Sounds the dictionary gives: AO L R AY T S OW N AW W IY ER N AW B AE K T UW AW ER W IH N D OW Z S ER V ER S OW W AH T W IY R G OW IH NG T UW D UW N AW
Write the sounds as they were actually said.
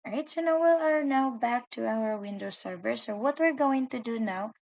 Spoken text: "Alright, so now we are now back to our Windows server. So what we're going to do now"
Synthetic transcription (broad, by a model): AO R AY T S OW N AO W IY ER N AW B AE K T UW AW ER W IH N D OW S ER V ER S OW W AH T W IY R G OW IH NG T UW D UW N AW